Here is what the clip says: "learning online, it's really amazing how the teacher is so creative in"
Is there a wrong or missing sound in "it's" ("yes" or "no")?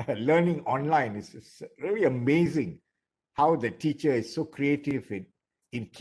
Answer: yes